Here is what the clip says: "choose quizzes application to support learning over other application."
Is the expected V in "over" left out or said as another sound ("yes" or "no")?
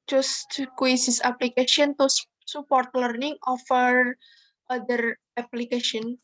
yes